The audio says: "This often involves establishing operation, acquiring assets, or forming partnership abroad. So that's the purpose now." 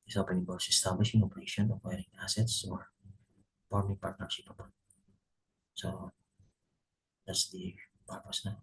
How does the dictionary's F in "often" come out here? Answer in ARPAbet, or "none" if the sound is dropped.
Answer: P